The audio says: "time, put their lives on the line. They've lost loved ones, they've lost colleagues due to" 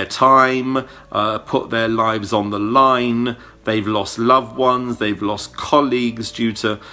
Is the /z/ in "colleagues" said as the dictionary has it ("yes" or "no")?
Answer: yes